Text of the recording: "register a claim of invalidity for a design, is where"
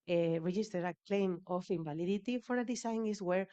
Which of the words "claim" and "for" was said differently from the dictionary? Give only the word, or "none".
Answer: none